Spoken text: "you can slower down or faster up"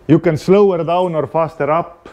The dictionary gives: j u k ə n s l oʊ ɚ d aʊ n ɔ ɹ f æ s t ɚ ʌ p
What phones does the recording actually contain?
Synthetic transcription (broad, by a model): j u k ə n s l oʊ ɚ d aʊ n ɔ ɹ f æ s t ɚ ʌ p